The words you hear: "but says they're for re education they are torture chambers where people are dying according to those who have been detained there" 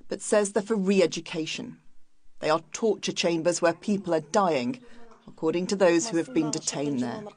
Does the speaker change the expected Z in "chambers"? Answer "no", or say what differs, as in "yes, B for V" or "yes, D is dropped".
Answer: no